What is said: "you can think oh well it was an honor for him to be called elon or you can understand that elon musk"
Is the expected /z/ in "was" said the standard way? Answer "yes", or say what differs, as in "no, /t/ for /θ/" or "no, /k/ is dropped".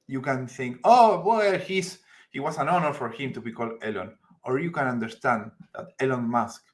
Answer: no, /s/ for /z/